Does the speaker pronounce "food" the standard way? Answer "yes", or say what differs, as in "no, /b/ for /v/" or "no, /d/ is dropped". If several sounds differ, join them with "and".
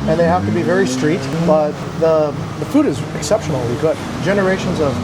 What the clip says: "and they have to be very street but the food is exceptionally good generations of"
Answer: yes